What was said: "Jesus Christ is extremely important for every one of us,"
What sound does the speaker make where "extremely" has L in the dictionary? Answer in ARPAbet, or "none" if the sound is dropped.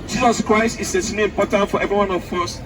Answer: none